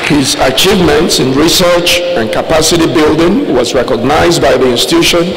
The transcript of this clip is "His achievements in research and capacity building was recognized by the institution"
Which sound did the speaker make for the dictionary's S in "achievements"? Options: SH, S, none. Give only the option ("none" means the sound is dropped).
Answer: S